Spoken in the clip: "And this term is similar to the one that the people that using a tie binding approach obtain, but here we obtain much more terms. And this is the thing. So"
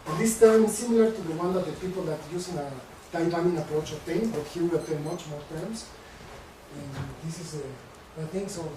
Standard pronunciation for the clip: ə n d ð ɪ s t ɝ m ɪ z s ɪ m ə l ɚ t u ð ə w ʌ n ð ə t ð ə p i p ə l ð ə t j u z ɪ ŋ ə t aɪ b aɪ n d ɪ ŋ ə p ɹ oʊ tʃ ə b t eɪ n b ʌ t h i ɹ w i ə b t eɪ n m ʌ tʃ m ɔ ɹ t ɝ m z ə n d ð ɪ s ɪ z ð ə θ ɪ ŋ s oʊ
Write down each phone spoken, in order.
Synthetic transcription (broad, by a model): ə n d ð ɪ s t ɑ ɪ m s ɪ m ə l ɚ t u ð ə w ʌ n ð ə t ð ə p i p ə l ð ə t j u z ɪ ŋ ə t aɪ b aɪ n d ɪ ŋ ə p ɹ oʊ tʃ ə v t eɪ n b ʌ t h i ɹ w i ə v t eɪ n m ʌ tʃ m ɔ ɹ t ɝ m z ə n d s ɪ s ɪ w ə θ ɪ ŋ s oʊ